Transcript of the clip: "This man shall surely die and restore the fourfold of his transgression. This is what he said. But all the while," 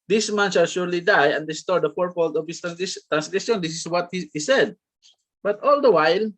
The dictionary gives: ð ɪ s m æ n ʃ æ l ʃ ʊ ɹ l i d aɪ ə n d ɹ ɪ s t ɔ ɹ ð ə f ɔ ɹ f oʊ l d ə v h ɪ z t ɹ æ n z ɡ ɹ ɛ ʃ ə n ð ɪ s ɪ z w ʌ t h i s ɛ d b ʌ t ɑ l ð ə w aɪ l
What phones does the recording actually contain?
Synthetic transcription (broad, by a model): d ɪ s m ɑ n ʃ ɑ l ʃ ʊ ɹ l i d aɪ ə n d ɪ s t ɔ ɹ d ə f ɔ ɹ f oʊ l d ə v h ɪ s t ɹ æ n s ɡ ɹ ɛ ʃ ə n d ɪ s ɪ s w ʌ t h i s ɛ d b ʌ t ɑ l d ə w aɪ l